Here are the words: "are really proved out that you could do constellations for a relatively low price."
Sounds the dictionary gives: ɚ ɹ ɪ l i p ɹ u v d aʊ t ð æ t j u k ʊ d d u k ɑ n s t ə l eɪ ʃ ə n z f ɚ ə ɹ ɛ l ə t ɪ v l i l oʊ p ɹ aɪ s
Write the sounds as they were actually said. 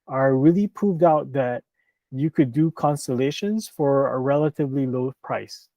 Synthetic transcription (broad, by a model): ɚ ɹ ɪ l i p ɹ u v d aʊ t ð æ t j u k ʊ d d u k ɑ n s t ə l eɪ ʃ ə n z f ɚ ə ɹ ɛ l ə t ɪ v l i l oʊ p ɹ aɪ s